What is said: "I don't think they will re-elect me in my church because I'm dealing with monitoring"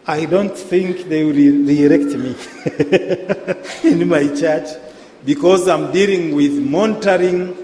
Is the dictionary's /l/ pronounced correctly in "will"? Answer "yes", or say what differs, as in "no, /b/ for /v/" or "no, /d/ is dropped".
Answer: no, /w/ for /l/